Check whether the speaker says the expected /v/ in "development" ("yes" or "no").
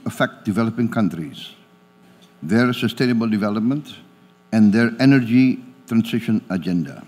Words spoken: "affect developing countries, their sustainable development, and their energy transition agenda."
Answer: yes